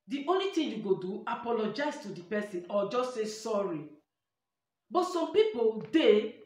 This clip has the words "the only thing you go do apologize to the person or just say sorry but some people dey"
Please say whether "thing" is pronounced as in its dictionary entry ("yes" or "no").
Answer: no